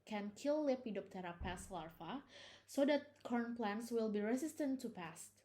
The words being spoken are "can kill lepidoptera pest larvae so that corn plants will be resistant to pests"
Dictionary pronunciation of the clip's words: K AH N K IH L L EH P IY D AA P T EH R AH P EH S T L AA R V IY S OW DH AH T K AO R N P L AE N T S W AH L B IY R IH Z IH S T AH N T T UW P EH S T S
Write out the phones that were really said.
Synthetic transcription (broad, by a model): K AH N K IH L L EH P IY D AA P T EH R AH P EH S L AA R F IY S OW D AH T K AO R N P L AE N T S W AH L B IY R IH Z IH S T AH N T T UW P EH S T